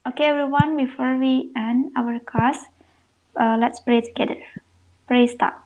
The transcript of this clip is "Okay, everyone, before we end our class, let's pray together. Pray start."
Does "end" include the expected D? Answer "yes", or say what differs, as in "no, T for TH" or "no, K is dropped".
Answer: no, D is dropped